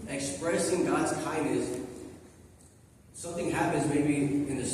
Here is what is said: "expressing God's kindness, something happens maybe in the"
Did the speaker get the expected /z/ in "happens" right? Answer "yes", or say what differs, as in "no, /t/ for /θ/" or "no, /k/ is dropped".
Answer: yes